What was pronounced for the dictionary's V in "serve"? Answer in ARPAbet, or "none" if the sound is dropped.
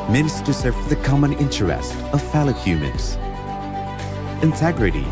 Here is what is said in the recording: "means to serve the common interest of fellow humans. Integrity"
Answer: F